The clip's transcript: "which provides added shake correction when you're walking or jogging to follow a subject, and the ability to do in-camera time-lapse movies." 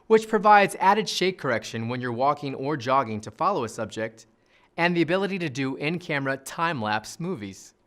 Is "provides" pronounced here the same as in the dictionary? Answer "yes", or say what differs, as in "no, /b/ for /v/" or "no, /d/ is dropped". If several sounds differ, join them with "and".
yes